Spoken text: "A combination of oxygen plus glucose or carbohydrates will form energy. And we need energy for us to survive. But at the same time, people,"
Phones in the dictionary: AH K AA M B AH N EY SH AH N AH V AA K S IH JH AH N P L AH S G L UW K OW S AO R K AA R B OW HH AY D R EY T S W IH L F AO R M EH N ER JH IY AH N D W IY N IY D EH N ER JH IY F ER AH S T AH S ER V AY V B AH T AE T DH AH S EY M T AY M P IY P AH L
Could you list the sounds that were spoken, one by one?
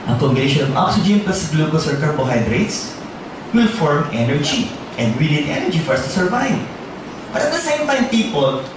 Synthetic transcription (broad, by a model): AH K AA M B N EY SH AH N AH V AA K S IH JH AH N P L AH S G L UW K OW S AO R K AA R B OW HH AY D R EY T S W IH L F AO R M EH N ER JH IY AH N D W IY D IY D EH N ER JH IY F ER S T AH S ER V AY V B AH T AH T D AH S EY M T AY M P IY P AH L